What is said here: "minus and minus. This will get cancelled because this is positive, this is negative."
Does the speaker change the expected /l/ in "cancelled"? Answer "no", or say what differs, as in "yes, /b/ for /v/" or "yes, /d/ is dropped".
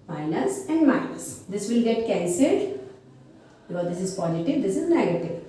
yes, /l/ is dropped